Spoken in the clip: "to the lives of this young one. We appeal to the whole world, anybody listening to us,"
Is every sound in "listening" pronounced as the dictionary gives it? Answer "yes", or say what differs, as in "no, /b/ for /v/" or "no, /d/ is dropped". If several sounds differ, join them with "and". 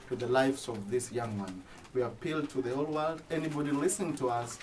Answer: no, /n/ is dropped